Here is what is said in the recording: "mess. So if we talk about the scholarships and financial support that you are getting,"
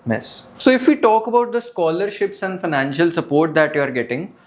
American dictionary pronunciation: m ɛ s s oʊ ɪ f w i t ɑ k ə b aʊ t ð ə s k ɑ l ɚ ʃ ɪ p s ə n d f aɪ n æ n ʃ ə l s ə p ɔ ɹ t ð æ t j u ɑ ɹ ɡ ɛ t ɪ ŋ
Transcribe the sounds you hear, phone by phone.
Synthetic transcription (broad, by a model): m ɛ s s oʊ ɪ f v i t ɑ k ə b aʊ t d ə s k ɑ l ɚ ʃ ɪ p s ə n d f aɪ n æ n ʃ ə l s ə p ɔ ɹ t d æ t j u ɑ ɹ ɡ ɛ t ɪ ŋ